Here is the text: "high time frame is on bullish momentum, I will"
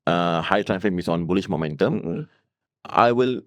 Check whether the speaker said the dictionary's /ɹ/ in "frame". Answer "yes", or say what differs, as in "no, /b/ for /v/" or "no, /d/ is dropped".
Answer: no, /ɹ/ is dropped